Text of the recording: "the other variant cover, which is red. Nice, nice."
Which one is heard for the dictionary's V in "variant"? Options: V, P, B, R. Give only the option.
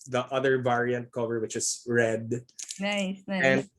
V